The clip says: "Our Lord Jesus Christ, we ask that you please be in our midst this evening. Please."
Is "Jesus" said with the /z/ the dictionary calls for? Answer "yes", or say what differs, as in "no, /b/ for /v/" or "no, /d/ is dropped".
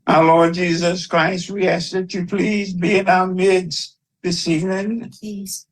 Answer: yes